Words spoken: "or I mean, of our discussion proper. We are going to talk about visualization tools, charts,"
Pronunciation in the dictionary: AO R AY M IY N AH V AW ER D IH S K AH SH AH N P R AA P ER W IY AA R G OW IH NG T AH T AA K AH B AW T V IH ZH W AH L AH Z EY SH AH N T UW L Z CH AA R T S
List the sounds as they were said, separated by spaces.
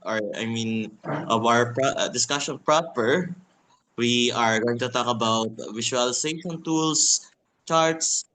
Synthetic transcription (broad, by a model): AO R AY M IY N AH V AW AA D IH S K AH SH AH N P R AA P ER W IY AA R G OW IH NG T AH T AA K AH B AW T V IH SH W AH L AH S EY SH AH N T UW L S CH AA R T S